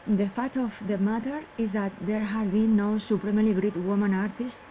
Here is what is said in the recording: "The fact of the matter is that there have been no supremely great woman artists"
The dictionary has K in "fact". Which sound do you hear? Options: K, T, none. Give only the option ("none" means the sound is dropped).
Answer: none